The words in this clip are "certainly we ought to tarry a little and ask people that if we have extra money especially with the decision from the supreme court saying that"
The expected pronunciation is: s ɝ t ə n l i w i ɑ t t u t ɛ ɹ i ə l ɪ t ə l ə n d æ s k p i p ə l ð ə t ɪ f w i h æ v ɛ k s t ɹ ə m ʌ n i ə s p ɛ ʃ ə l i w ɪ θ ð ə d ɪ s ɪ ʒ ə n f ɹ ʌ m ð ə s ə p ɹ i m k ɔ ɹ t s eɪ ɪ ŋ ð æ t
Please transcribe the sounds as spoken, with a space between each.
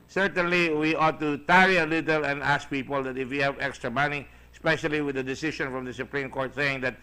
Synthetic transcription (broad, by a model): s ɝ t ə n l i w i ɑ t t u t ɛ ɹ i ə l ɪ t ə l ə n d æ s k p i p ə l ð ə t ɪ f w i h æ v ɛ k s t ɹ ə m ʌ n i s p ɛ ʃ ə l i w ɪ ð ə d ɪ s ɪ ʃ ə n f ɹ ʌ m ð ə s ə p ɹ i m k ɔ ɹ t s eɪ ɪ ŋ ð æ t